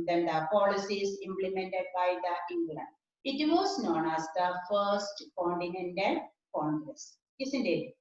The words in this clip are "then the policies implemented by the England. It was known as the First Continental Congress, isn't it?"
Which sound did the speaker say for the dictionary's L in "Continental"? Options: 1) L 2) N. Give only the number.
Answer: 2